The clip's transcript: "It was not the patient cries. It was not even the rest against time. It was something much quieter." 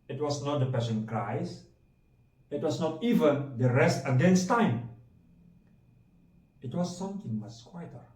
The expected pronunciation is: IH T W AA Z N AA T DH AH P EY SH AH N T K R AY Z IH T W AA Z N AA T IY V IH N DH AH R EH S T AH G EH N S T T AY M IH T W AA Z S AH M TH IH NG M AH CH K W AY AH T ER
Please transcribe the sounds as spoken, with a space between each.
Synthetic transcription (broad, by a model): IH T W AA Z N AA T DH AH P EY S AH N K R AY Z IH T W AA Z N AA T IY V IH N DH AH R EH S T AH G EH N S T T AY M IH T W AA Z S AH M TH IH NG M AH S K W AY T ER